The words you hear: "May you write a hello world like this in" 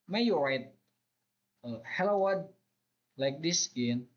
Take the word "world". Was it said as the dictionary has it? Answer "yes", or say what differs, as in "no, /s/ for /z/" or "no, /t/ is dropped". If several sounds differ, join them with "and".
no, /l/ is dropped